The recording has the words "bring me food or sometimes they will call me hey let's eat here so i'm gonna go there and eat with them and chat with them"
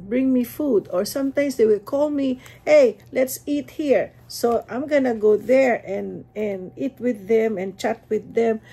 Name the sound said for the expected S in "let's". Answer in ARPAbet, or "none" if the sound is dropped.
S